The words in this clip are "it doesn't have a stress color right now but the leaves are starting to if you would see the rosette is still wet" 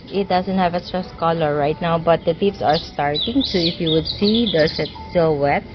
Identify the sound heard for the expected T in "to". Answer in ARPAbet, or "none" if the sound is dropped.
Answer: S